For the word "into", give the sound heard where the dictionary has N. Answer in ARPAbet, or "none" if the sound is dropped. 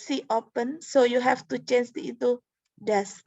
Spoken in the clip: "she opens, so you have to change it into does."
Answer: none